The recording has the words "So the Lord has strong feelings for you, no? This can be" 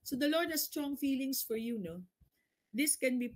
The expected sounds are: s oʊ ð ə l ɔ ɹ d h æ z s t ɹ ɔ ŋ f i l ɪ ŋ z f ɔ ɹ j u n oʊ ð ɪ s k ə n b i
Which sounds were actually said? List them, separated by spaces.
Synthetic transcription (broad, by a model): s oʊ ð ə l ɔ ɹ d h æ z s t ɹ ɔ ŋ f i l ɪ ŋ s f ɔ ɹ j u n oʊ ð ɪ s k ə n b i